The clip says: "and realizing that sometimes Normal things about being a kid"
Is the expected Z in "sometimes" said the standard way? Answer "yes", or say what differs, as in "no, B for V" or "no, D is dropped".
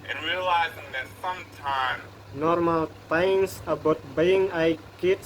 no, Z is dropped